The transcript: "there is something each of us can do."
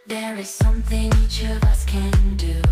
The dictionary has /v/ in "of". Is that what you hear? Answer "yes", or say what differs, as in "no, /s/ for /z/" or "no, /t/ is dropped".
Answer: yes